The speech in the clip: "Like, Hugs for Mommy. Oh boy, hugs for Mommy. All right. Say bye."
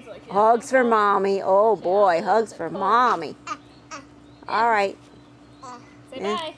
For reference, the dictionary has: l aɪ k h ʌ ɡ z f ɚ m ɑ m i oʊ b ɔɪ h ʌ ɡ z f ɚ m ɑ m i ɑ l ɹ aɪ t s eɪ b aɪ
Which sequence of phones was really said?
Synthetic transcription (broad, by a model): h ʌ ɡ z f ɚ m ɑ m i oʊ b ɔɪ h ʌ ɡ z f ɚ m ɑ m i ɑ l ɹ aɪ t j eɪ